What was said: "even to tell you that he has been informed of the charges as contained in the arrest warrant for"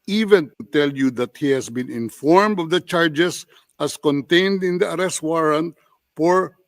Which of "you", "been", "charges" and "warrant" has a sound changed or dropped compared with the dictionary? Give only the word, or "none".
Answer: charges